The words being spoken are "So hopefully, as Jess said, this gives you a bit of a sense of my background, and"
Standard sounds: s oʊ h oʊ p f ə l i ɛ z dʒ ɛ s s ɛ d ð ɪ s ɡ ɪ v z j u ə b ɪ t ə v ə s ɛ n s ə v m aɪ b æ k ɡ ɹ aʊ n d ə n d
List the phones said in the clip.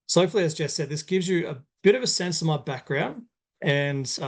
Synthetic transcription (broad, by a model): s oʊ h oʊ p f l i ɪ z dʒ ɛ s s ɛ d ð ɪ s ɡ ɪ v z j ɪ ə b ɪ t ə v ə s ɛ n s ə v m aɪ b æ k ɡ ɹ aʊ n d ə n